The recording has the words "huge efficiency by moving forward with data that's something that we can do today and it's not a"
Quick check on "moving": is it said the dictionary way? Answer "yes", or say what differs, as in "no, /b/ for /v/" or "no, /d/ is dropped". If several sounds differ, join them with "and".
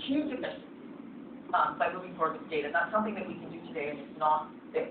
no, /v/ is dropped